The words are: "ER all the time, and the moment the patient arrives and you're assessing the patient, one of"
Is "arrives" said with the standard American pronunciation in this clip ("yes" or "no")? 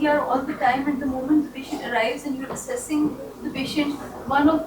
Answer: yes